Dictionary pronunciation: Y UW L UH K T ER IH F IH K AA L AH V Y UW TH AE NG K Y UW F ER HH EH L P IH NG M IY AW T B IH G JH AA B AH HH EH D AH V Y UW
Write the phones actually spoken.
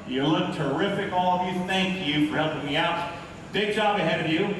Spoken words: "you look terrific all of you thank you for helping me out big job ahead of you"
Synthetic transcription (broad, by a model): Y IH L UH K T ER IH F IH K AA L AH V Y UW TH AE NG K Y UW F ER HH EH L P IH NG M IY AW T B IH G JH AA B AH HH EH D AH V Y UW